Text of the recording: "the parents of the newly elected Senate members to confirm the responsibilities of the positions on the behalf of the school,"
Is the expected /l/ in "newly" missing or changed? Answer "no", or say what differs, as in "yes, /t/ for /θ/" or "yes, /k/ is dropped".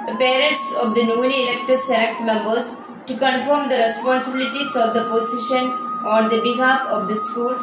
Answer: yes, /n/ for /l/